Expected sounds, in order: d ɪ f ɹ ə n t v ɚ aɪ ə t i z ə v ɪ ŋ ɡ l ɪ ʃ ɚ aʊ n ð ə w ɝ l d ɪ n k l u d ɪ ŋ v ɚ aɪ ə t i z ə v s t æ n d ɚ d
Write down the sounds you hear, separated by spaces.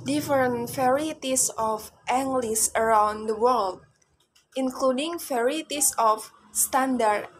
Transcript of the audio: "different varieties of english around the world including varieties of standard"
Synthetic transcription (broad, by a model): d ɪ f ɹ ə n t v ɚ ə t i s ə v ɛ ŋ ɡ l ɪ s ɚ aʊ n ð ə w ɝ l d ɪ n k l u d ɪ ŋ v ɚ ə t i s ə f s t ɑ n d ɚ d